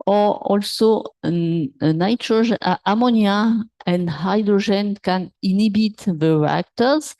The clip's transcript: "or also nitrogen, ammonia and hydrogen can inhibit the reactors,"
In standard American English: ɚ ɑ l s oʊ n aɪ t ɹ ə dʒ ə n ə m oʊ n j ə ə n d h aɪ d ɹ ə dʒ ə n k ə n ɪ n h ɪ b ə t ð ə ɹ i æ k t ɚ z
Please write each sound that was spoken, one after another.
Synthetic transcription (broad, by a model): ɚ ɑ l s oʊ n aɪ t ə ʒ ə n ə m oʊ n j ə ə n d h aɪ d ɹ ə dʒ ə n k ə n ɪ n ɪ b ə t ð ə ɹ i k t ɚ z